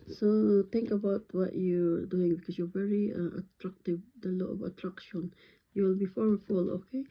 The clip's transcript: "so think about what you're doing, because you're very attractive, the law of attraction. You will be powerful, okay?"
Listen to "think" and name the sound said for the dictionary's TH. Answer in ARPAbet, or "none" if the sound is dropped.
T